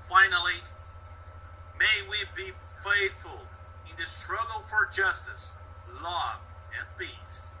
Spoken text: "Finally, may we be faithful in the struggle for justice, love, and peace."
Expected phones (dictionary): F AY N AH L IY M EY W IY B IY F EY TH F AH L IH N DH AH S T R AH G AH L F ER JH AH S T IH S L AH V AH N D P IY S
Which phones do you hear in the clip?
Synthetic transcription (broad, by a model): F AY N L IY M EY W IY B IY F EY TH F AH L IH N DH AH S T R AH G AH L F ER JH AH S T IH S L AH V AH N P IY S